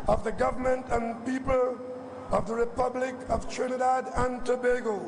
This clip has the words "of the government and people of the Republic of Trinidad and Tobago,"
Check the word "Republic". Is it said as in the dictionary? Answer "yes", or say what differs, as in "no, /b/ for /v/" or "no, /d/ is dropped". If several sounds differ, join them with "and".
yes